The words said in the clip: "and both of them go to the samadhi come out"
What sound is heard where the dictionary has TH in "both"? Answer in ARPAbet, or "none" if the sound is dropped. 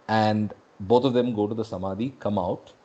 T